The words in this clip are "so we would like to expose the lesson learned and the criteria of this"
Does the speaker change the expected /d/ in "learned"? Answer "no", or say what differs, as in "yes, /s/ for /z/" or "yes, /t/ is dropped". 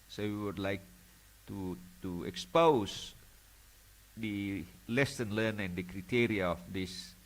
yes, /d/ is dropped